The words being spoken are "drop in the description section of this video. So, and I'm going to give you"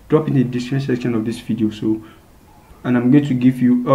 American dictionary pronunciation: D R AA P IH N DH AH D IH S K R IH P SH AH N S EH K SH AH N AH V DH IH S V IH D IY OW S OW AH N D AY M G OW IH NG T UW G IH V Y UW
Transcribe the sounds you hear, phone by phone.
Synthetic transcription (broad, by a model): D R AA P IH N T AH D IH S R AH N S EH K SH AH N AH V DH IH S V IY D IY OW S OW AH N AY M G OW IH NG T UW G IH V Y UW